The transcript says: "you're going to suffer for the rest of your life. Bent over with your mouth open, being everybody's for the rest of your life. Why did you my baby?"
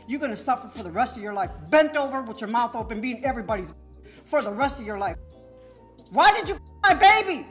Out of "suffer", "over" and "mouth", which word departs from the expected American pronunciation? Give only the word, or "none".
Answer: none